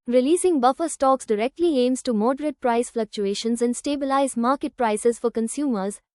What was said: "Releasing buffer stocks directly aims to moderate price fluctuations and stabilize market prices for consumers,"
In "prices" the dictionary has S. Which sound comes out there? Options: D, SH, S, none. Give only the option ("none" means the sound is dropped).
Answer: S